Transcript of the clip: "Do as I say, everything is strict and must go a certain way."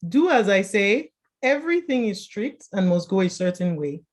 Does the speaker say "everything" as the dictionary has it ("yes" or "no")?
yes